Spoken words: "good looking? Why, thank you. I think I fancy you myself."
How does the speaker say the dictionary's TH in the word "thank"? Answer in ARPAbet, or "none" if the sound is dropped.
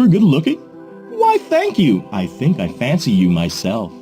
TH